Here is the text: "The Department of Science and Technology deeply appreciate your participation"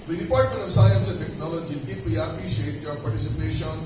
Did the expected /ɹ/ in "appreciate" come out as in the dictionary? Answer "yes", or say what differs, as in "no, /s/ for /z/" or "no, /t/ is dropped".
no, /ɹ/ is dropped